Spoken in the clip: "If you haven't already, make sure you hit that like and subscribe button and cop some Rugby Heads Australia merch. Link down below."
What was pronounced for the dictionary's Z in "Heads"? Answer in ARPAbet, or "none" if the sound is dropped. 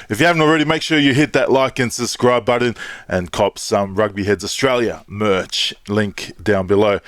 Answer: Z